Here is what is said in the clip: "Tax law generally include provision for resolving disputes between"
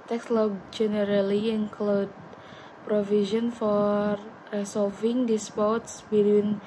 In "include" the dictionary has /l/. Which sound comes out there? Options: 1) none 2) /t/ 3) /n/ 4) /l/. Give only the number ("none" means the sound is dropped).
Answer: 4